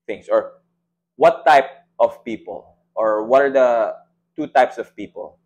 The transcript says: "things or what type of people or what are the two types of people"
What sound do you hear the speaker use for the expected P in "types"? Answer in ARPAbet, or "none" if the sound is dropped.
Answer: P